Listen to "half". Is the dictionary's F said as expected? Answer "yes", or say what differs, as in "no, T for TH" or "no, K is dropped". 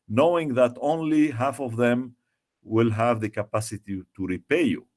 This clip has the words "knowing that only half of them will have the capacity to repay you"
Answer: yes